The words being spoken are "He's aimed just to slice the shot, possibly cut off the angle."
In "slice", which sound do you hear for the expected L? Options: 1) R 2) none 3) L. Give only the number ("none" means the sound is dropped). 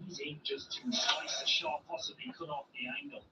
2